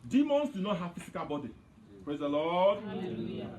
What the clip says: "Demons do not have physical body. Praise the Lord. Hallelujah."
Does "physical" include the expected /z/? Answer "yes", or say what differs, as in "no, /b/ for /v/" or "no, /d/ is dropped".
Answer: no, /s/ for /z/